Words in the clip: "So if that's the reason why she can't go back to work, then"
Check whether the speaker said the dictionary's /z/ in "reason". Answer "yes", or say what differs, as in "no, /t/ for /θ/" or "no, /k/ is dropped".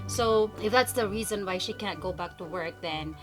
yes